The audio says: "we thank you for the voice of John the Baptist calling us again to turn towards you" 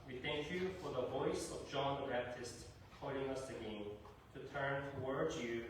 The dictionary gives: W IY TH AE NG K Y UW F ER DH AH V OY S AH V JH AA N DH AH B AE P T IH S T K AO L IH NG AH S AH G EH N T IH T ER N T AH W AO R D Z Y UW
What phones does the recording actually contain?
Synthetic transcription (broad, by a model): W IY TH AE NG K Y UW F ER DH AH V OY S AH V JH AA N DH AH B AE P T IH S T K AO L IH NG AH S AH G EH N T IH T ER N T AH W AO R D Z Y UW